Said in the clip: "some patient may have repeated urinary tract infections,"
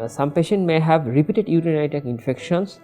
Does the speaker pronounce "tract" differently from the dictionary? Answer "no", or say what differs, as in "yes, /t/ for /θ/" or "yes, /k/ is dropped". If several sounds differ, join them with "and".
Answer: yes, /ɹ/ is dropped and /t/ is dropped